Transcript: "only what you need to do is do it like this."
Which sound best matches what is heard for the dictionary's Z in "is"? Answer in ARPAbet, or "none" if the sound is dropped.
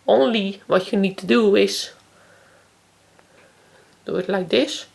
S